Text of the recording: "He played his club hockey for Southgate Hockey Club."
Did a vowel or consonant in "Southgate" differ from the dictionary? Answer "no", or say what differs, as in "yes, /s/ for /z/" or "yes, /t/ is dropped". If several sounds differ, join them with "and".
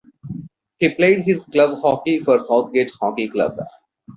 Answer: yes, /t/ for /θ/